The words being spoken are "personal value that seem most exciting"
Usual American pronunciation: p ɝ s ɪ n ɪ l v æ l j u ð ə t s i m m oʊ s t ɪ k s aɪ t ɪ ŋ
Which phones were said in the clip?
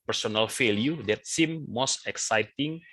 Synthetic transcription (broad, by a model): p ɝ s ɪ n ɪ l f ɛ l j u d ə t s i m m oʊ s t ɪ k s aɪ t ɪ ŋ